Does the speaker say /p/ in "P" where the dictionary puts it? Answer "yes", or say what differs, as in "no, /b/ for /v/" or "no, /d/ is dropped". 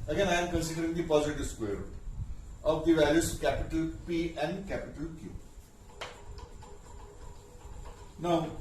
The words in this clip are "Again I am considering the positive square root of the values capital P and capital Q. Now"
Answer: yes